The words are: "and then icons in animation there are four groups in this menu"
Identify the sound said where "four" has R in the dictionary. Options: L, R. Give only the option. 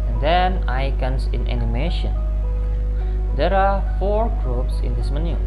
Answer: R